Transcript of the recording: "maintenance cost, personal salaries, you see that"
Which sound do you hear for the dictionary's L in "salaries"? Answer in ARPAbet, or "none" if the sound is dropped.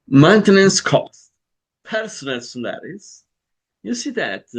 N